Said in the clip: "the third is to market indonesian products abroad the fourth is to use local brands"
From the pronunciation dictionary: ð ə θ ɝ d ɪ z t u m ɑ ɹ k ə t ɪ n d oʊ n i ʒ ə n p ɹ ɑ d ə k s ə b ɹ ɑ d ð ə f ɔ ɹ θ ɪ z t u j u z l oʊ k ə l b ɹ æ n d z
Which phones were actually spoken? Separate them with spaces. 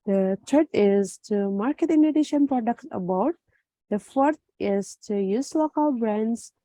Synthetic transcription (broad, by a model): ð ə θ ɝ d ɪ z t u m ɑ ɹ k ə t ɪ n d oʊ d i ʃ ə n p ɹ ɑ d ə k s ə b ɑ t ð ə f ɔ ɹ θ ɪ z t u j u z l oʊ k ə l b ɹ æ n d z